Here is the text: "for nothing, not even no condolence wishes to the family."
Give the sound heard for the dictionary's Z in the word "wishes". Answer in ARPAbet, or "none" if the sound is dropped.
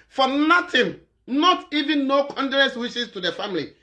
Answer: S